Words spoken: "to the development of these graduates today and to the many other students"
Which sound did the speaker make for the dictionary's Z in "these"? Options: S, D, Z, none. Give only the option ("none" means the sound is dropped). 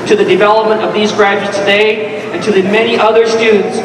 Z